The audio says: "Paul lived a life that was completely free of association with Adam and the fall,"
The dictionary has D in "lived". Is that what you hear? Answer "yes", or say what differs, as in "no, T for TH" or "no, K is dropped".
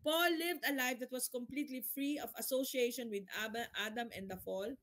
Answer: yes